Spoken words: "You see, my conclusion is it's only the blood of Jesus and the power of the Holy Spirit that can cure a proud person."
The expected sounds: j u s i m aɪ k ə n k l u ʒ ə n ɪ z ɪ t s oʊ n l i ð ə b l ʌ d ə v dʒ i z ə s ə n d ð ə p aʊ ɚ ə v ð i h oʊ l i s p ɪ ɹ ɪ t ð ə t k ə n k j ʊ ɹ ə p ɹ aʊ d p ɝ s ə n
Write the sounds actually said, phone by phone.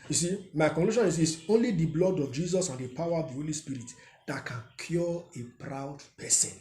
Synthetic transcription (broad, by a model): j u s i m aɪ k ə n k l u ʃ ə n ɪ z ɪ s oʊ n l i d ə b l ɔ d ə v dʒ i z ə s ə n d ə p aʊ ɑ ə v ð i h oʊ l i s p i ɹ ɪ t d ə t k ə n k j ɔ ə p ɹ aʊ d p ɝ s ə n